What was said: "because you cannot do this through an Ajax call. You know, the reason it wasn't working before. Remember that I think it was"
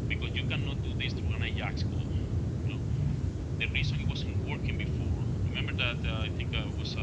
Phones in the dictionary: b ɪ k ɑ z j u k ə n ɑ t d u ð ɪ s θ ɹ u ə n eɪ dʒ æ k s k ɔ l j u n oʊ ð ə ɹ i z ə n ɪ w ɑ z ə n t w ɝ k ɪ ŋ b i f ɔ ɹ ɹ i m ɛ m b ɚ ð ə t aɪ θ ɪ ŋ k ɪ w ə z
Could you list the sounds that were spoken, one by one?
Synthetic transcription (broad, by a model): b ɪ k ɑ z j u k ə n ɑ t d u ð ɪ s t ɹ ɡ ə n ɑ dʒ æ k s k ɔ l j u n oʊ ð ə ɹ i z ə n ɪ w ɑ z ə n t w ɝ k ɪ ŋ b i f ɔ ɹ ɹ i m ɛ m b ɚ ð ə t aɪ θ ɪ ŋ k ɪ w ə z